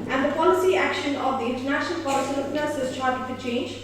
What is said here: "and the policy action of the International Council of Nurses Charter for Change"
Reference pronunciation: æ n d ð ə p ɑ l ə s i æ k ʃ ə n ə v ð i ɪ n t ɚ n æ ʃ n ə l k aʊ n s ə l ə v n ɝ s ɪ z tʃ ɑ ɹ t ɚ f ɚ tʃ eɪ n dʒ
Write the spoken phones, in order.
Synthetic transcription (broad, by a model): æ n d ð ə p ɑ l ə s i æ k ʃ ə n ə v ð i ɪ n t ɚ n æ ʃ n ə l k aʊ l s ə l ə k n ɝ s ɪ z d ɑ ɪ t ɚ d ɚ tʃ eɪ n dʒ